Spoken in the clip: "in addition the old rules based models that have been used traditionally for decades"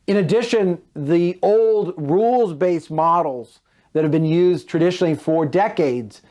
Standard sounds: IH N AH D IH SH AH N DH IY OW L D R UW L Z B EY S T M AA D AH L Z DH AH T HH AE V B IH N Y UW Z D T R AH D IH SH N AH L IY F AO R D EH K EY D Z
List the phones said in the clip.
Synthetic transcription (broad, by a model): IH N AH D IH SH AH N DH IY OW L D R UW L Z B EY S M AA D L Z DH AH T HH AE V B IH N Y UW Z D T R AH D IH SH N L IY F AO R D EH K EY D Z